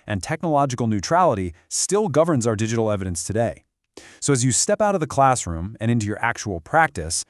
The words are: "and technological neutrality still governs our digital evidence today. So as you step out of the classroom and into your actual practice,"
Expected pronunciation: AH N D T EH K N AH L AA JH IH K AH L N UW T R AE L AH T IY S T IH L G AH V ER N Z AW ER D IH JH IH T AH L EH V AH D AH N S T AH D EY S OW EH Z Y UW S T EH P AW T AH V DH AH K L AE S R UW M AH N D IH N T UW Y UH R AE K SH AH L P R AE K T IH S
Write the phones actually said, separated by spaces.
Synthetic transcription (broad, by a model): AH N T EH K N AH L AA JH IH K L N UW T R AE L AH T IY S T IH L G AH V ER N Z AW ER D IH JH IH T L EH V AH D AH N S T AH D EY S OW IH Z Y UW S T EH P AW T AH V DH AH K L AE S R UW M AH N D IH N T UW Y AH R AE K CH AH L P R AE K T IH S